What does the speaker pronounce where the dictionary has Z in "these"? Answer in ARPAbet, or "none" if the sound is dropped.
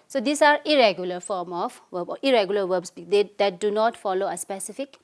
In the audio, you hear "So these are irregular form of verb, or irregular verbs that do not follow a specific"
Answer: S